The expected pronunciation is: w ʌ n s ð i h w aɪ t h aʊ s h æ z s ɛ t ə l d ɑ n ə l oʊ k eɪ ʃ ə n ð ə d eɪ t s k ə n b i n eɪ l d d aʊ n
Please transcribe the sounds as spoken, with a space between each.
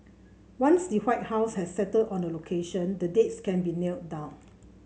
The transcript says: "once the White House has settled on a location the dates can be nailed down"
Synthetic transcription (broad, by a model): w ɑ n s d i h w aɪ t h aʊ s h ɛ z s ɛ t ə d ɑ n ə l oʊ k eɪ ʃ ə n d ə d eɪ t s k ə n b i n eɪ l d d aʊ n